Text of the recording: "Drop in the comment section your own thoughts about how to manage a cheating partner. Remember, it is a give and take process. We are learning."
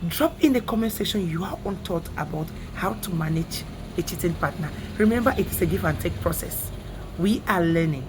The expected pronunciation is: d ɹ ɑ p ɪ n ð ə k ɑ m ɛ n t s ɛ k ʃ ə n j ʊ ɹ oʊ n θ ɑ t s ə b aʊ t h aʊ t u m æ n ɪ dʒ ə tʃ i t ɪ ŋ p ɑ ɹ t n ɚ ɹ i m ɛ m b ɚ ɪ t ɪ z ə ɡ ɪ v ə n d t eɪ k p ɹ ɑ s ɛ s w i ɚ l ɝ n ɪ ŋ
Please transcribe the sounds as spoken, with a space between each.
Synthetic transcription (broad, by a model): d ɹ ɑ p ɪ n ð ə k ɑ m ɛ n s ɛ ʃ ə n j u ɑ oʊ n t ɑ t ə b aʊ t h aʊ t u m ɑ n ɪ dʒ ə tʃ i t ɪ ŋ p ɑ t n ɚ ɹ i m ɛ m b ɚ ɪ t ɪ s ə ɡ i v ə n t eɪ k p ɹ ɑ s ɛ s w i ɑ l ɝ n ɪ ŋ